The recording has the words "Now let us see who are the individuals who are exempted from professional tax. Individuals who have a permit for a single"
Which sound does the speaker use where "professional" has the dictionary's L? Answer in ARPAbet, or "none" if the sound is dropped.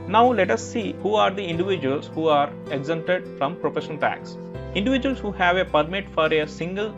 N